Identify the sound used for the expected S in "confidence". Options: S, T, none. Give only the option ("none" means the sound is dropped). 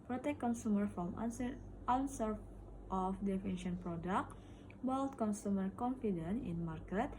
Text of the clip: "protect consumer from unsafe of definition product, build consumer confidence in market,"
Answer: none